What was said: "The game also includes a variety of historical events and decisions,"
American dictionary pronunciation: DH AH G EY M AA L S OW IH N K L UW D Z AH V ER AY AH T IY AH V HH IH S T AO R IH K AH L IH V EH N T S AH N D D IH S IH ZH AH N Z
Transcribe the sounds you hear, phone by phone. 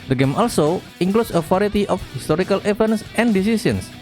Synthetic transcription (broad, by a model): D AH G EY M AA L S OW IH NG K L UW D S AH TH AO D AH T IY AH F HH IH S T AO R IH K AH L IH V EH N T S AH N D D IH S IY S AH N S